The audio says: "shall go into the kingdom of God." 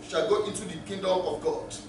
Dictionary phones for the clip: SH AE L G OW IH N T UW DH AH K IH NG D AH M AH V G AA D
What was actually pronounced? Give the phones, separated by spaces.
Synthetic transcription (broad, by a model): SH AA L G OW IH N T UW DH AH K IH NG D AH M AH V G AA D